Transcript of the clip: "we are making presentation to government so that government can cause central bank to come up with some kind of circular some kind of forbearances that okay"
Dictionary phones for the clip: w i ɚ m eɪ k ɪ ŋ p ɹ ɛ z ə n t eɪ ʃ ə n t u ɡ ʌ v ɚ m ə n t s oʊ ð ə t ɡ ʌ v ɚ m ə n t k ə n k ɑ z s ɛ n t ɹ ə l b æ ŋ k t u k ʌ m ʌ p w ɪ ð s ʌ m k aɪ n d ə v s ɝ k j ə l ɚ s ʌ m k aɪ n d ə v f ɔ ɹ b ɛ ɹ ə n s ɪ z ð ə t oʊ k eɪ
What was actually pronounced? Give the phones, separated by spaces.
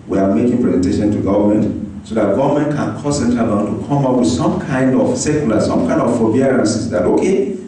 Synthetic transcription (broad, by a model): w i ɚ m eɪ k ɪ ŋ p ɹ ɛ z ə n t eɪ ʃ ə n t u ɡ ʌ v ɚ m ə n t s oʊ ð ə t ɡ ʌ v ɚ m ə n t k ə n k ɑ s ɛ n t ə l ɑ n t u k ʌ m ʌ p w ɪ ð s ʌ m k aɪ n d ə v s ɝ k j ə l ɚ s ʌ m k aɪ n d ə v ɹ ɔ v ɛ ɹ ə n s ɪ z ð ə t oʊ k eɪ